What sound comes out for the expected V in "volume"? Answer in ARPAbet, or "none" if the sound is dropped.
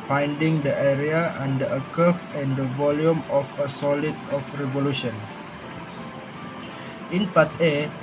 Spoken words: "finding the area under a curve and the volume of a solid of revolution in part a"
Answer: V